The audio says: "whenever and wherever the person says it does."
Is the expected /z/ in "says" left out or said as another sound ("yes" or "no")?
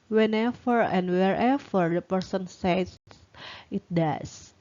yes